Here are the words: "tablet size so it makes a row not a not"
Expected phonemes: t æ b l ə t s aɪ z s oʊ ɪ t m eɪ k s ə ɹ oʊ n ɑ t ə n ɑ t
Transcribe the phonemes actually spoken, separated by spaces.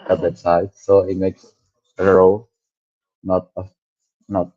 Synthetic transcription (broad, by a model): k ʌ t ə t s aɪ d s oʊ ɪ t m eɪ k s ə ɹ oʊ n ɑ t ə n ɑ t